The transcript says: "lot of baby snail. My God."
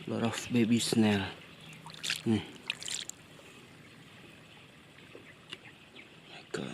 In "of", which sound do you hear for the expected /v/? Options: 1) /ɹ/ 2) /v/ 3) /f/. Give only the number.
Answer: 3